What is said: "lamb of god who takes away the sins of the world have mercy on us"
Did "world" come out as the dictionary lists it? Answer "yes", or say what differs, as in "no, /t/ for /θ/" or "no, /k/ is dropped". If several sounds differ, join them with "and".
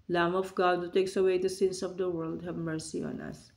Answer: yes